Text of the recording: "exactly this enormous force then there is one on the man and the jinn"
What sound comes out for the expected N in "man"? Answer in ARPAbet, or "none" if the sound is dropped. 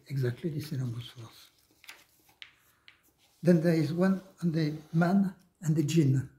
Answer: N